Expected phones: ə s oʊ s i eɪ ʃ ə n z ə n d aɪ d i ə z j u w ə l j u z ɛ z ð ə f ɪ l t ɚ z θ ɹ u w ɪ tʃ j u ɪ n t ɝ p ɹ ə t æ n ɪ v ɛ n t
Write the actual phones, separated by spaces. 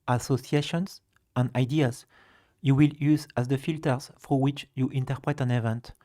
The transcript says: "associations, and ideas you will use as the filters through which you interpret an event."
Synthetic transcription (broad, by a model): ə s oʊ s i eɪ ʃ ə n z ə n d aɪ d i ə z j u w ə l j u z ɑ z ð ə f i l t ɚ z f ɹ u w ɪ tʃ j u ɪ n t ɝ p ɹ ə t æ n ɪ v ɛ n t